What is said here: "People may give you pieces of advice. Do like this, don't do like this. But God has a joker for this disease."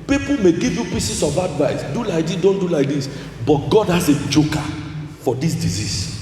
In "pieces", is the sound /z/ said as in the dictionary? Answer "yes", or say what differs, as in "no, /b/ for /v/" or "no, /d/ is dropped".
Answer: no, /s/ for /z/